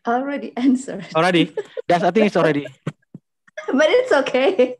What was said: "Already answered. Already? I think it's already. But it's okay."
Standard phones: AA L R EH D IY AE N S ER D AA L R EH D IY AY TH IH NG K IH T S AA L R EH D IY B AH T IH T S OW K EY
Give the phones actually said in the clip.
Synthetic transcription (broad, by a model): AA L R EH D IY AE N S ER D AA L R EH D IY AY T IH NG IH T S AA L R EH D IY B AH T IH T S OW K EY